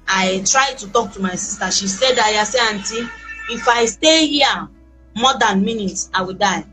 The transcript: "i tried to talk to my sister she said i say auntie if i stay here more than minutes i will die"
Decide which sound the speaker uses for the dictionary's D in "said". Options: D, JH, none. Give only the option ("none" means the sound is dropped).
D